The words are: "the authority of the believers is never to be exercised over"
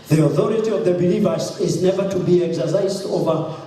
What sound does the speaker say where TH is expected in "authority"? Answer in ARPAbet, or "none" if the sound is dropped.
TH